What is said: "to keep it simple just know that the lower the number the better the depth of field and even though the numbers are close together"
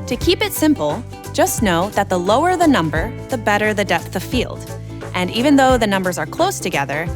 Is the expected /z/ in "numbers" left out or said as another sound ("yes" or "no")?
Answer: no